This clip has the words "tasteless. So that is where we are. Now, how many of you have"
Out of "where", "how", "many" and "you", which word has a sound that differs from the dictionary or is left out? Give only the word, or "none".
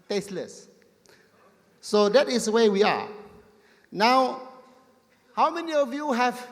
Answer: where